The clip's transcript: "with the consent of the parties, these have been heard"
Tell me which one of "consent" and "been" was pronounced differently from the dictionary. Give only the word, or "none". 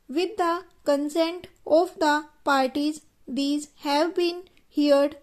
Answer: none